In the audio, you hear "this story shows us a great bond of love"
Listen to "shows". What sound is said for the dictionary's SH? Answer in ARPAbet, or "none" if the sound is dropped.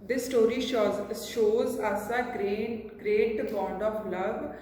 SH